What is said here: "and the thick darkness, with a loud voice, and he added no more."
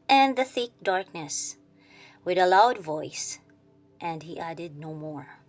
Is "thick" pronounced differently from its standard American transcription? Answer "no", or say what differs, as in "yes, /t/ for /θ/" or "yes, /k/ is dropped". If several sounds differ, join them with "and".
no